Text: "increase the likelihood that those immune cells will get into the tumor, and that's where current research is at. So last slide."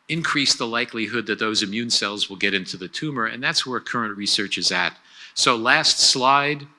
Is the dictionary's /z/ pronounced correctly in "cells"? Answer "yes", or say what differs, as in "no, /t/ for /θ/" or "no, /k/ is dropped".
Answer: yes